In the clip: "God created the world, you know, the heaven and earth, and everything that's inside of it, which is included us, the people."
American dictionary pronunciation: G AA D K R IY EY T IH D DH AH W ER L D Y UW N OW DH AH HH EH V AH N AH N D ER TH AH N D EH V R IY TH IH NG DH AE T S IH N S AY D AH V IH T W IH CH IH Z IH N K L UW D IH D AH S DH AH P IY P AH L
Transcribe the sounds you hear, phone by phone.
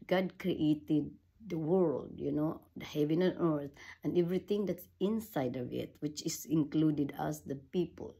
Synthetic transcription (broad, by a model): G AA D K R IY EY T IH D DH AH W ER L D Y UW N OW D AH HH EH V AH N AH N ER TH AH N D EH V R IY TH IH NG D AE T S IH N S AY D AH V IH T W IH CH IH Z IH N K L UW D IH D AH S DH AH P IY P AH L